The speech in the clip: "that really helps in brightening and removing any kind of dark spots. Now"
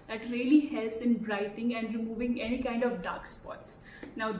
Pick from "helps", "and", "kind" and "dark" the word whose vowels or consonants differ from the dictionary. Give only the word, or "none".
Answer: none